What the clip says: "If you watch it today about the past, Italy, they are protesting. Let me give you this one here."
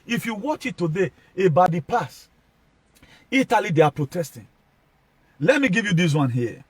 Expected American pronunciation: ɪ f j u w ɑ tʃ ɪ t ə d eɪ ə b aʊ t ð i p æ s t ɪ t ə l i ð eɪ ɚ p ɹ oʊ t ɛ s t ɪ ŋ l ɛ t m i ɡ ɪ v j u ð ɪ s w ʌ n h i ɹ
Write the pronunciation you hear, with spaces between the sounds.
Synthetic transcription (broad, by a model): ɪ f j u w ɑ tʃ ɪ t ə d eɪ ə b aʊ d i p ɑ s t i t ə l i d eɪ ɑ p ɹ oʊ t ɛ s t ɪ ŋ l ɛ t m i ɡ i v j u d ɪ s w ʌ n h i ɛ